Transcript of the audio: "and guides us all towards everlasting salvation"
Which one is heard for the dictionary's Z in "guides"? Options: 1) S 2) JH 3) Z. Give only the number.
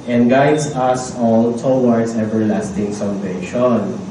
1